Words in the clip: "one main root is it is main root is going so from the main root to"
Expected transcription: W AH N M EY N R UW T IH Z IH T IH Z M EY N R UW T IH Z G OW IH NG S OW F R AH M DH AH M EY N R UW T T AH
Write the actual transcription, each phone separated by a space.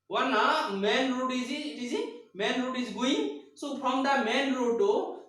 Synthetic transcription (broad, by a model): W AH N M EY N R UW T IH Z IH T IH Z M EY N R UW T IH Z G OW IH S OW P R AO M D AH M EY N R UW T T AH